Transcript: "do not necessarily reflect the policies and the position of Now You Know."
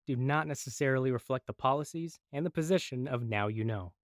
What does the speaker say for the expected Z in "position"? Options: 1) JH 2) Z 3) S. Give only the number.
2